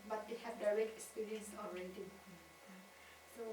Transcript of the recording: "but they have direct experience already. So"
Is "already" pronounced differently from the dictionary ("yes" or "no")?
yes